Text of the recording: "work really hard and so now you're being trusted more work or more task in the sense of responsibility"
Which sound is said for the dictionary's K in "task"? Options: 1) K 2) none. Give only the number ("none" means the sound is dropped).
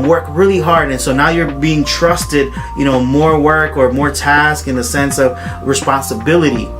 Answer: 1